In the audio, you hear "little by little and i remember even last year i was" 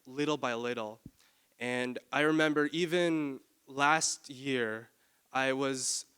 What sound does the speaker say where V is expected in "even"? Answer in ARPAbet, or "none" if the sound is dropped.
V